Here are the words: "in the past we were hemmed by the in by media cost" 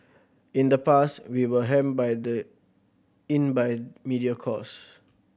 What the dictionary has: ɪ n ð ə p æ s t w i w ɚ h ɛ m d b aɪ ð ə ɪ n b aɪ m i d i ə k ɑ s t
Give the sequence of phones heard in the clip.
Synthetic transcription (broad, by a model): ɪ n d ə p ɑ s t w i w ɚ h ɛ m b aɪ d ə ɪ n b aɪ m i d i ə k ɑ s